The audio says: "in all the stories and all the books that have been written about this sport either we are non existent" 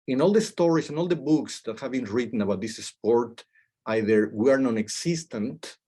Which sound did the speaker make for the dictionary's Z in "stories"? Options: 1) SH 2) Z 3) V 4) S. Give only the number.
4